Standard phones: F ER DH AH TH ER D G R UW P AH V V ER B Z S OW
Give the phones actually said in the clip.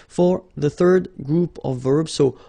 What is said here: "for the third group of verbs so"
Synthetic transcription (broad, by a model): F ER DH AH TH ER D G R UW P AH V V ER B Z S OW